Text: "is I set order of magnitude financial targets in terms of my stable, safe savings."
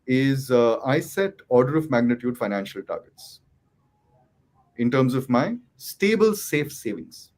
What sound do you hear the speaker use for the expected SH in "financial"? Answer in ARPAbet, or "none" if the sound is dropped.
SH